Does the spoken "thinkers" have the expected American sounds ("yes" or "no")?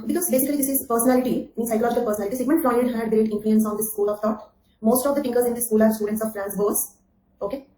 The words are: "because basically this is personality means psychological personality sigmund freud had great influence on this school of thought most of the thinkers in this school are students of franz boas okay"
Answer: no